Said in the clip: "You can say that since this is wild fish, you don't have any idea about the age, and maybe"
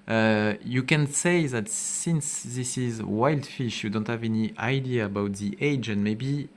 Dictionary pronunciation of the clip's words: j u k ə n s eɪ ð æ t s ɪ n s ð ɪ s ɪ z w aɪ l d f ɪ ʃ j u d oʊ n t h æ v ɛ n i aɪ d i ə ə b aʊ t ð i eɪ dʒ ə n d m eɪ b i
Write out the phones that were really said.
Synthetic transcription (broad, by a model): j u k ə n s eɪ ð æ t s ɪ n s ð ɪ s ɪ z w aɪ l d f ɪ ʃ j u d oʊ n t h æ v ɛ n i aɪ d i ə ə b aʊ t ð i eɪ dʒ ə n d m eɪ b i